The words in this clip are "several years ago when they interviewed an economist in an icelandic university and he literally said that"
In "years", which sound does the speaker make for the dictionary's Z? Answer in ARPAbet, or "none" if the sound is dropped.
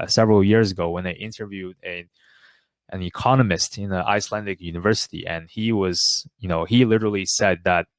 Z